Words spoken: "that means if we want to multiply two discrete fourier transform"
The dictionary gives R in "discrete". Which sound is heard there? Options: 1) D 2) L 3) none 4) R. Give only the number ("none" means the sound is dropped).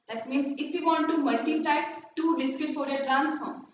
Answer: 3